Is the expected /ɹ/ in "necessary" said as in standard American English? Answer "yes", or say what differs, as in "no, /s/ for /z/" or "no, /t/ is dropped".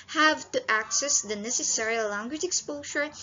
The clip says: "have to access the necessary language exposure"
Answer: yes